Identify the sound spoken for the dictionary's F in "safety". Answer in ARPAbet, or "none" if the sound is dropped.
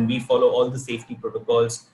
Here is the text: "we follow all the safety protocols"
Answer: F